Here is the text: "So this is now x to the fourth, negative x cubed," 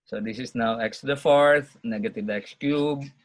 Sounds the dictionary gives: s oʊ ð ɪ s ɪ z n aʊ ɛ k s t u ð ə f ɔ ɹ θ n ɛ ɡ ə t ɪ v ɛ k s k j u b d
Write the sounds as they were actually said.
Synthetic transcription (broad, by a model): s oʊ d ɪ s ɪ s n aʊ ɛ k s t u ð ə f ɔ ɹ θ n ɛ ɡ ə t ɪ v ɛ k s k j u b